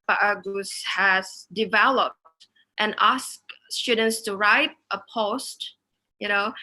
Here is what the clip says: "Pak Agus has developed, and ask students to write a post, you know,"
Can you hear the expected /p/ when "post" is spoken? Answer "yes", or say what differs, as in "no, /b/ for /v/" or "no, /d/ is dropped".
yes